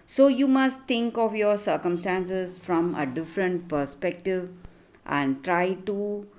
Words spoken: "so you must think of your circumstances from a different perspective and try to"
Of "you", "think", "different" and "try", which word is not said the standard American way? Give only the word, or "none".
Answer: think